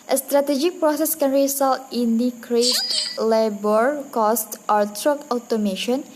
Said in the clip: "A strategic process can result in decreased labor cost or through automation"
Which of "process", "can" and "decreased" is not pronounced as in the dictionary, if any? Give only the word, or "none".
decreased